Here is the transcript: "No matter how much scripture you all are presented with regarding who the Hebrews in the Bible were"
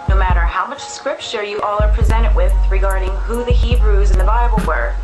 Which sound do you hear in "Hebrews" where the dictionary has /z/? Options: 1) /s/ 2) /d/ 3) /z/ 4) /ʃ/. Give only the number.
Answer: 3